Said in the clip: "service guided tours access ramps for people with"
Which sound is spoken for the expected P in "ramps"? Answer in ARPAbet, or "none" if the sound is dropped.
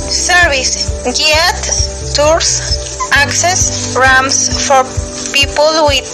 none